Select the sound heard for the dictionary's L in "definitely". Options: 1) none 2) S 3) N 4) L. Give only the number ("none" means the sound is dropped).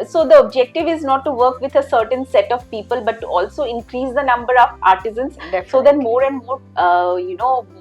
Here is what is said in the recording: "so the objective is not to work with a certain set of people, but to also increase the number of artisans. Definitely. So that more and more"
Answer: 1